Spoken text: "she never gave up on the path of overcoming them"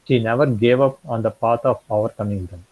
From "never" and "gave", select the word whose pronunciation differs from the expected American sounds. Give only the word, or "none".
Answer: none